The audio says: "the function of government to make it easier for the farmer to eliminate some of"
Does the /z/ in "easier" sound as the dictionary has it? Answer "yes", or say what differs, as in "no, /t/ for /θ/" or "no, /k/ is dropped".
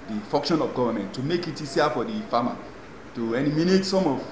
no, /s/ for /z/